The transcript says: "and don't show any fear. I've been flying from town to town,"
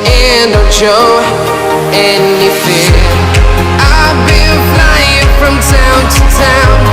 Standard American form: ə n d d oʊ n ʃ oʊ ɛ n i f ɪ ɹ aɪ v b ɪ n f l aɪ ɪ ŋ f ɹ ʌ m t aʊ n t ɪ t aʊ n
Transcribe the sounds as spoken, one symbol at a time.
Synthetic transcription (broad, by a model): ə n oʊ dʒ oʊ ɛ n i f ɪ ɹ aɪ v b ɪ l f l aɪ ɪ ŋ f ɹ ʌ m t aʊ n t ɪ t aʊ n